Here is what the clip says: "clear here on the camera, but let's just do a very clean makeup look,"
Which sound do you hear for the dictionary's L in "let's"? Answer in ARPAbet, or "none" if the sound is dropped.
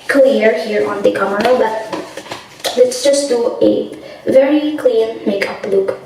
L